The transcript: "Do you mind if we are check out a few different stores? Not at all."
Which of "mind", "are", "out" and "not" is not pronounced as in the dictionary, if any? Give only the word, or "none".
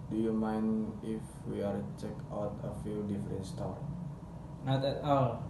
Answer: mind